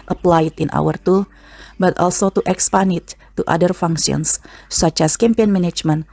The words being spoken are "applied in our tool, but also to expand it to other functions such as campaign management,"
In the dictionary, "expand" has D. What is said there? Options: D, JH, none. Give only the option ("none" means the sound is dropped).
none